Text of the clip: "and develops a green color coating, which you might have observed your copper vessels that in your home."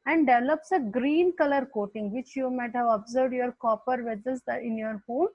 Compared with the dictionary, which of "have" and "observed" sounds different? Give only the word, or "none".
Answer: none